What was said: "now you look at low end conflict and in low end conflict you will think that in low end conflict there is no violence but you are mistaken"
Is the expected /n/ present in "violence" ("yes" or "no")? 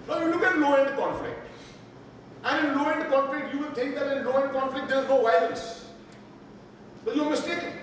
no